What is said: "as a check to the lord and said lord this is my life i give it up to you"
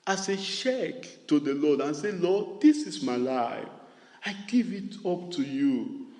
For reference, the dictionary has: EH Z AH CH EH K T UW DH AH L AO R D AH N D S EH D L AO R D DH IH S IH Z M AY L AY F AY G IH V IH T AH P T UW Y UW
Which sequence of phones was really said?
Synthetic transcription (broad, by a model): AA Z AH SH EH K T UW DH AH L AO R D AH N S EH L AO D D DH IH S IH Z M AY L AY F AY G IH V IH T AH P T UW Y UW